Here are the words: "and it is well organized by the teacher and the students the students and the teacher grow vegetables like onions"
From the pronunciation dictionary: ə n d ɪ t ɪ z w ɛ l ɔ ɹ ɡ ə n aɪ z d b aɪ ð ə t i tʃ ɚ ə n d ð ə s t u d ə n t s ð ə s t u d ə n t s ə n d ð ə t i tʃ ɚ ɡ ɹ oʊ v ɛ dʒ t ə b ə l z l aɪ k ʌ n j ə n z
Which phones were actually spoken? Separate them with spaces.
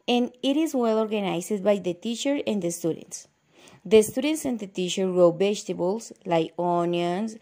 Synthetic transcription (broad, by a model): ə n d ɪ t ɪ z w ɛ l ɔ ɹ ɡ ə n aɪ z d b aɪ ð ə t i tʃ ɚ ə n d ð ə s t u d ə n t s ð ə s t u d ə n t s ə n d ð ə t i tʃ ɚ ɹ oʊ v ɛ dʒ t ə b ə l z l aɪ ɔ n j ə n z